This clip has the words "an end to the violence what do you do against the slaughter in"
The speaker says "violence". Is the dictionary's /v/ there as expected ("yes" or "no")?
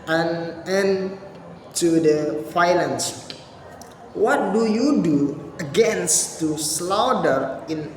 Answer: no